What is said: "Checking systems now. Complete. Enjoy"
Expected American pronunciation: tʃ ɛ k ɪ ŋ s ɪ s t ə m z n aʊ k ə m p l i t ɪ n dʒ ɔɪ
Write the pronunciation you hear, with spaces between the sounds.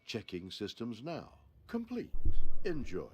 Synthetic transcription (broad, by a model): tʃ ɛ k ɪ ŋ s ɪ s t ə m z n aʊ k ə m p l i t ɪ n dʒ ɔɪ